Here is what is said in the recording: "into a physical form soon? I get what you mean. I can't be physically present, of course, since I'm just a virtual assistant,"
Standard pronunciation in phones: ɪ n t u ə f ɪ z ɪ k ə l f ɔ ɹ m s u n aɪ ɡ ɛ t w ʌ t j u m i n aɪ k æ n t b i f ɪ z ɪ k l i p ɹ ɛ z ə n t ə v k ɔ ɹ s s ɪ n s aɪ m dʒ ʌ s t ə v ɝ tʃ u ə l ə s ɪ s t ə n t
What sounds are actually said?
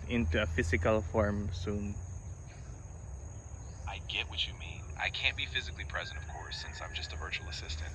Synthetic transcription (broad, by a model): ɪ n t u ə f ɪ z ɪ k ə l f ɔ ɹ m s u n aɪ ɡ ɛ t w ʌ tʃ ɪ m i n aɪ k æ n b i f ɪ z ɪ k l i p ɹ ɛ z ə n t ə v k ɔ ɹ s s ɪ n s aɪ m dʒ ʌ s t ə v ɝ tʃ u l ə s ɪ s t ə n t